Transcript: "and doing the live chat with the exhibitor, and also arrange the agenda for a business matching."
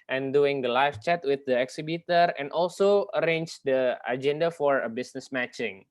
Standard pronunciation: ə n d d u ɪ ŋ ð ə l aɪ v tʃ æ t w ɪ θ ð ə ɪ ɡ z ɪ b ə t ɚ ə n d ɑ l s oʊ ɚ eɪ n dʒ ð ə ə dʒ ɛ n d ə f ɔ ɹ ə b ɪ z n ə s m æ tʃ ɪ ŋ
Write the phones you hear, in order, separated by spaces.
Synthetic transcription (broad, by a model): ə n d d u ɪ ŋ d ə l aɪ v tʃ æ t w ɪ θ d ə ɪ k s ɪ b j t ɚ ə n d ɑ l s oʊ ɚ eɪ n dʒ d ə ə dʒ ɛ n d ə f ɔ ɹ ə b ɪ s n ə s m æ tʃ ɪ ŋ